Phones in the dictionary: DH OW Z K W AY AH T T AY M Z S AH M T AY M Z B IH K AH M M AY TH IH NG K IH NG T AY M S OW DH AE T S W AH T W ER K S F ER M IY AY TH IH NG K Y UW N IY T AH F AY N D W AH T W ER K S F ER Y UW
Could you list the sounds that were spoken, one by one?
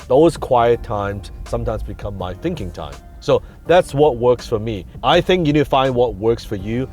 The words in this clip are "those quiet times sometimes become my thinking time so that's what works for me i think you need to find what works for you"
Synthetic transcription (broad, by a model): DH OW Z K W AY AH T T AY M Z S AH M T AY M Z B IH K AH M M AY TH IH NG K IH NG T AY M S OW DH AE T S W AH T W ER K S F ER M IY AY TH IH NG K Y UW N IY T F AY N D W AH T W ER K S F ER Y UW